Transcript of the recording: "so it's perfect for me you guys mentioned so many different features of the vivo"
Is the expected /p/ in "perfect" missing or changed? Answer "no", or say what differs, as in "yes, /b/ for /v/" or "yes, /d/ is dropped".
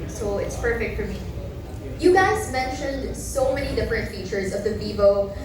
no